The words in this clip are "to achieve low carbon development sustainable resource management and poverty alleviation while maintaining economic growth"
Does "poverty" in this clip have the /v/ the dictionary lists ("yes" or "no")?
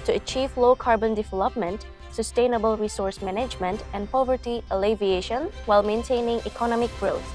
yes